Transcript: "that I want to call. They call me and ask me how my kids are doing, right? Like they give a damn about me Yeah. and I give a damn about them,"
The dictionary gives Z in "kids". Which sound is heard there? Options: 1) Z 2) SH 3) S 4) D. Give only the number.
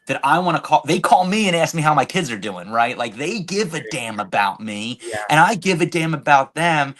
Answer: 1